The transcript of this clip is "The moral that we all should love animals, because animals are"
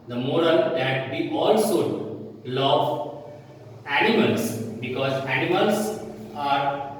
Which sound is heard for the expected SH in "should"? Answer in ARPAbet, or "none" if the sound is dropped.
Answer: S